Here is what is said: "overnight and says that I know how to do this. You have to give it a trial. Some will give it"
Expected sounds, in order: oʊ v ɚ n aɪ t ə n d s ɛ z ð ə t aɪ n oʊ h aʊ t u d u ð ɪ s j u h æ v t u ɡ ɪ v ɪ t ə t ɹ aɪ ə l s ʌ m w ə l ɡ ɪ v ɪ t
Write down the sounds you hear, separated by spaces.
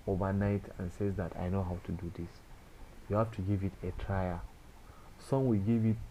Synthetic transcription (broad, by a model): oʊ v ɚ n aɪ t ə n s ɛ z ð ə t aɪ n oʊ h aʊ t u d u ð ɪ s j u h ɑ f t u ɡ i v ɪ t ə t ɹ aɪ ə s ʌ m w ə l ɡ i v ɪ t